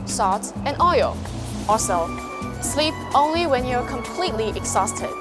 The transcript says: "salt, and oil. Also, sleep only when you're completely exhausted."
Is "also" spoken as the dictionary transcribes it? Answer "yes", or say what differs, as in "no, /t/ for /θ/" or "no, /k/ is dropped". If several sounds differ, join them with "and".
no, /l/ is dropped